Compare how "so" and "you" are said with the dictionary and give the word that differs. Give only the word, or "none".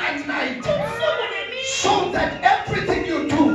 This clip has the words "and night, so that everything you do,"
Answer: so